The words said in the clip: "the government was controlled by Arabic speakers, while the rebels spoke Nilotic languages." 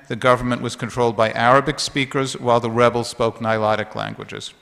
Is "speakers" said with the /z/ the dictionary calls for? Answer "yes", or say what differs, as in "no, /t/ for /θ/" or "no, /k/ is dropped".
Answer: yes